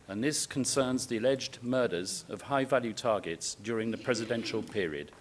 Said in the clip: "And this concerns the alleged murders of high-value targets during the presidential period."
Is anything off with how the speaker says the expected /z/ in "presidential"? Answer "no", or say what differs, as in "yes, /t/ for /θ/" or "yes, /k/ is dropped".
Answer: no